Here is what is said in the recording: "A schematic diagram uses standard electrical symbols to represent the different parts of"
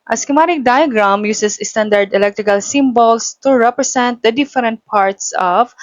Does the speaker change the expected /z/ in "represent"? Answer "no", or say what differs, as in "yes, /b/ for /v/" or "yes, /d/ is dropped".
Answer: yes, /s/ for /z/